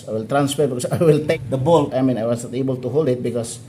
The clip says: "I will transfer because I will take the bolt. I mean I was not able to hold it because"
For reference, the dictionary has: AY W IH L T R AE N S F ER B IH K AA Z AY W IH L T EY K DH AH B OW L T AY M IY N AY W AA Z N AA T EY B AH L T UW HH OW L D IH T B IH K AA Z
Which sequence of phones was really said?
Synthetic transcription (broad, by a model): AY W IH L T R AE N S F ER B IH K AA S AY W IH L T EY K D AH B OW L AY M IY N AY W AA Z N AA T EY B AH L T UW HH OW L D IH T B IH K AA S